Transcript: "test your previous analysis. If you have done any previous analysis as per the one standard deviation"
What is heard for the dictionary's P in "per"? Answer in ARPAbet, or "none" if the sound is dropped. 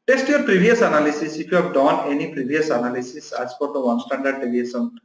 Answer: F